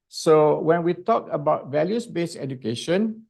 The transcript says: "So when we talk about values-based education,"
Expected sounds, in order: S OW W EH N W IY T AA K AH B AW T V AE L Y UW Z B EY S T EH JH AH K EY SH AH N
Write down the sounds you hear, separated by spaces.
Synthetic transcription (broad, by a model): S OW W EH N W IY T AA K AH B AW T V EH L Y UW S B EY S EH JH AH K EY SH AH N